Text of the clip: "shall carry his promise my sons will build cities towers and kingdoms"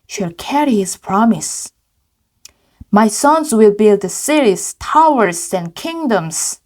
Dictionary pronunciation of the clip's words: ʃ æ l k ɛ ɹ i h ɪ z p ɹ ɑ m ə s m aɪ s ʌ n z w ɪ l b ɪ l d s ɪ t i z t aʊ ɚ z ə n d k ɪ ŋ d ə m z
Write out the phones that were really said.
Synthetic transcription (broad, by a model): ʃ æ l k ɛ ɹ i h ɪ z p ɹ ɑ m ə s m aɪ s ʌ n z w ɪ l b ɪ l d s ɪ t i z t aʊ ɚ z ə n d k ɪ ŋ d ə m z